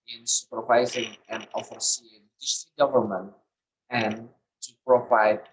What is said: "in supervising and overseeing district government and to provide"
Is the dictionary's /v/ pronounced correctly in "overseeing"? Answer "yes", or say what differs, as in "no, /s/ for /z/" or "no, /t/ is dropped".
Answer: no, /f/ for /v/